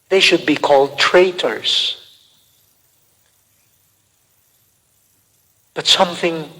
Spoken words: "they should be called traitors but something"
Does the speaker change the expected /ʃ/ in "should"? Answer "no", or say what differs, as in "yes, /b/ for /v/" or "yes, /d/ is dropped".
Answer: no